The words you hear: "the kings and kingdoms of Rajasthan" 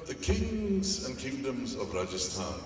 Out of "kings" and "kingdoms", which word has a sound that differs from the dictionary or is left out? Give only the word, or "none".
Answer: none